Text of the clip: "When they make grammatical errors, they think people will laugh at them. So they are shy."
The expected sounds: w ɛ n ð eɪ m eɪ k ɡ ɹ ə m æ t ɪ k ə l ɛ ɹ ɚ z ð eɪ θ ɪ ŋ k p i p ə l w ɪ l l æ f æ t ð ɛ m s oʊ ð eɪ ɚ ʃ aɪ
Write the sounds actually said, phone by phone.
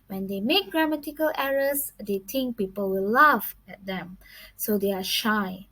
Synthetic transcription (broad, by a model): w ɛ n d eɪ m eɪ k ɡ ɹ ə m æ t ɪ k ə l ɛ ɹ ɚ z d eɪ t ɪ ŋ k p i p ə l w ɪ l l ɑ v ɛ t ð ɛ m s oʊ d eɪ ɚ ʃ aɪ